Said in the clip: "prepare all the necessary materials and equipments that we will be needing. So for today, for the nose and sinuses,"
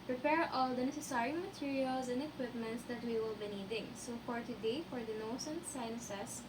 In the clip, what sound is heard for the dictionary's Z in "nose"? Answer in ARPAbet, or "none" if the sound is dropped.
S